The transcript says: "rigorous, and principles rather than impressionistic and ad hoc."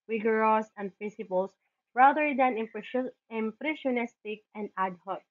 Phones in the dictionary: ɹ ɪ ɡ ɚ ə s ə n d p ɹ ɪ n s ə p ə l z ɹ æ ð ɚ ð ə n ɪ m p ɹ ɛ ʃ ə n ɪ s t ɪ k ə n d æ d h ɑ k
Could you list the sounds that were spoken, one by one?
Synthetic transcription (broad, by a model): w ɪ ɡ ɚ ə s ə n d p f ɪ s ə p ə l s ɹ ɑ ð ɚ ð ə n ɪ m p ɹ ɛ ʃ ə n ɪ s t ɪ k ə n d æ d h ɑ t